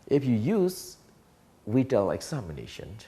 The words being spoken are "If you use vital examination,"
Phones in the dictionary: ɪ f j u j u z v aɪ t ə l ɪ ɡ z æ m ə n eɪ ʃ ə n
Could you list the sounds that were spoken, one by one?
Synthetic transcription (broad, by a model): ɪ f j u j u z w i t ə l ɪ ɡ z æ m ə n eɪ ʃ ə n